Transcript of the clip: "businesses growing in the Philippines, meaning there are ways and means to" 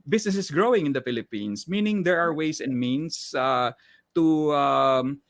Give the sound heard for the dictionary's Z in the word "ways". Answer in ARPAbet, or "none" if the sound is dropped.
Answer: S